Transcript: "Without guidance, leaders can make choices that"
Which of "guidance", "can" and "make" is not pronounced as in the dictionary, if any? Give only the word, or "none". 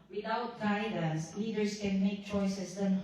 guidance